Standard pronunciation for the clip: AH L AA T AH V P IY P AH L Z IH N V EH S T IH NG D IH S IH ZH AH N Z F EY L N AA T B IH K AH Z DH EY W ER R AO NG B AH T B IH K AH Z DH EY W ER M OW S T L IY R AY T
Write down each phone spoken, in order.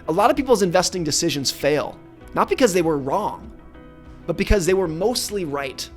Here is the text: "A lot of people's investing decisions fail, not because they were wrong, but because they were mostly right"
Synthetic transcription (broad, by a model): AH L AA T AH V P IY P L Z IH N V EH S T IH NG D IH S IH ZH AH N Z F EY L N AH T B IH K AH Z DH EY W ER R AO NG B AH T B IH K AH Z DH EY W ER M OW S T L IY R AY T